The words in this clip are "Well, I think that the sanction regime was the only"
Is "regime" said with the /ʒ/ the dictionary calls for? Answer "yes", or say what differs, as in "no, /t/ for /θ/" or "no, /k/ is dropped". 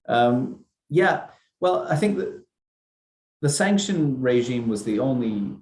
yes